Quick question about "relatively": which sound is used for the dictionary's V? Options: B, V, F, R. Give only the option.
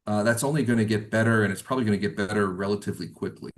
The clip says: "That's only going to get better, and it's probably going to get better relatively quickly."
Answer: V